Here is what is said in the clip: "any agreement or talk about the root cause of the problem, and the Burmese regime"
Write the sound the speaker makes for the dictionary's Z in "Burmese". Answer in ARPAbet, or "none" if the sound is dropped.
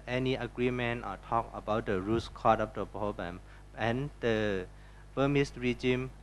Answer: S